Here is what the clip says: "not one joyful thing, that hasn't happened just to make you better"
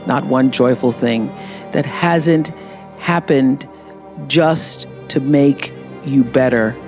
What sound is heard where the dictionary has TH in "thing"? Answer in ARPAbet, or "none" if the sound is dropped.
TH